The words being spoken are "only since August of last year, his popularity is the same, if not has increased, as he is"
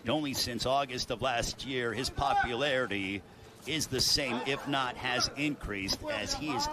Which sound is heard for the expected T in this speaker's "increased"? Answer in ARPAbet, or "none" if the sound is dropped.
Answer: T